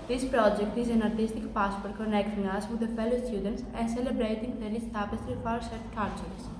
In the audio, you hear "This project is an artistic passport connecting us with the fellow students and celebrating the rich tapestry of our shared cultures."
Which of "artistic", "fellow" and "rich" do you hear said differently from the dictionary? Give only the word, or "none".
rich